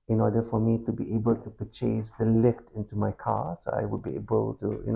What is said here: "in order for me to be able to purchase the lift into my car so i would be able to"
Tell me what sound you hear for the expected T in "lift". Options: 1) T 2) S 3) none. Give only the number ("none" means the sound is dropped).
1